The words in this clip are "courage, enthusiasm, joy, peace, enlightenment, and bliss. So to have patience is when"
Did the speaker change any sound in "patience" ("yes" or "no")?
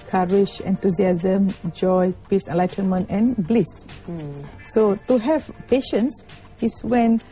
no